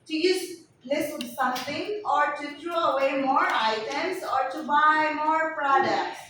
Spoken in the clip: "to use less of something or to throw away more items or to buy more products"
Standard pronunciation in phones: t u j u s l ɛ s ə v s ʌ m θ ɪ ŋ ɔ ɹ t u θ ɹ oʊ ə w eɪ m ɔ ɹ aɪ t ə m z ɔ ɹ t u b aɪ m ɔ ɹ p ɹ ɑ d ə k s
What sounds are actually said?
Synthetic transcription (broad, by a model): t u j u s l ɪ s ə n s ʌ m t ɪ ŋ ɔ ɹ t u t ɹ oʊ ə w eɪ m ɔ ɹ aɪ t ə m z ɔ ɹ t u b aɪ m ɔ ɹ p ɹ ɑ d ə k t